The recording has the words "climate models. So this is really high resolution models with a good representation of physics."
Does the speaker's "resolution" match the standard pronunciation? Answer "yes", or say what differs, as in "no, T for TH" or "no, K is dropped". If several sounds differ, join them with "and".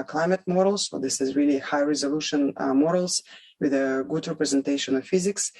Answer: yes